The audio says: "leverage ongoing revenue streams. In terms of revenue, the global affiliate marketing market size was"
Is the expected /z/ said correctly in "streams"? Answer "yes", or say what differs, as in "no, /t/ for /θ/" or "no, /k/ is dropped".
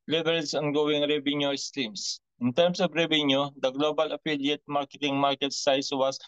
no, /s/ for /z/